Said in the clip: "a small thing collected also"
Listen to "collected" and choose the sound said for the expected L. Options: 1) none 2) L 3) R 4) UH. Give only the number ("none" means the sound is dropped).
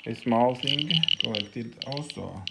1